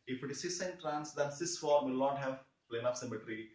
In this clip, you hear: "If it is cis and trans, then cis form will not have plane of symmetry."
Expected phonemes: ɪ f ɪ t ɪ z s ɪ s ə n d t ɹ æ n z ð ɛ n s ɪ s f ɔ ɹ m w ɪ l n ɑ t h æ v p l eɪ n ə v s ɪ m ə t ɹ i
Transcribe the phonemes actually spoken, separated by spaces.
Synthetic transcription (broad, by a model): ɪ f ɪ t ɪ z s ɪ s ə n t ɹ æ n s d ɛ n s ɪ s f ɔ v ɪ l n ɑ t h æ v p l eɪ n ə p s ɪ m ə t ɹ i